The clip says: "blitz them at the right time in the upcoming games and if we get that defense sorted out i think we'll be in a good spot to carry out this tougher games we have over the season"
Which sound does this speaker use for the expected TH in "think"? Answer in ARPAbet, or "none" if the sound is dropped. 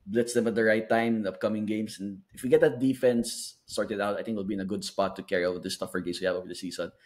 T